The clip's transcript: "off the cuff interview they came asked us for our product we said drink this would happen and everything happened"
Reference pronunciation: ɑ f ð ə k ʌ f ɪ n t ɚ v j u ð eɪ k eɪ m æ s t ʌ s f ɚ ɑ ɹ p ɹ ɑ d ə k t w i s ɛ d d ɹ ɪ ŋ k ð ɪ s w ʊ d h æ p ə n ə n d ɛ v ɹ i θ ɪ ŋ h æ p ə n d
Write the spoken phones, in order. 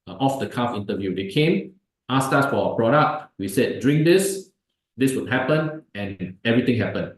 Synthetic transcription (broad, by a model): ɑ f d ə k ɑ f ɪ n t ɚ v j u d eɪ k eɪ m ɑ s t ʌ s f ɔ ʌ p ɹ ɑ d ə k t w i s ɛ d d ɹ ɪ ŋ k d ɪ s w ʊ d h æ p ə n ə n ɛ v ɹ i t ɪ ŋ h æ p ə n